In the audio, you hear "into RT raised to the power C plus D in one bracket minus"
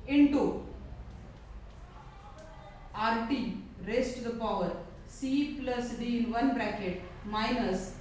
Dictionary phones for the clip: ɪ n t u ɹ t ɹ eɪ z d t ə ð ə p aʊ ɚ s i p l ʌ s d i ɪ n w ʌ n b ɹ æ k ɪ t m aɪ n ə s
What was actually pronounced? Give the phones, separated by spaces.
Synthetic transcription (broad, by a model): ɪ n t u ɹ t ɹ eɪ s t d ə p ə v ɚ s i p l ʌ s d i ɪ n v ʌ n b ɹ æ k ɪ t m aɪ n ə s